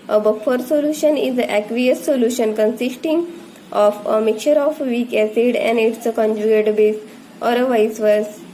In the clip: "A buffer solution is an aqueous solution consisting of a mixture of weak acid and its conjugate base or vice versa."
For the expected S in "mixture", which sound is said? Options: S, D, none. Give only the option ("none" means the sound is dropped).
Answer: none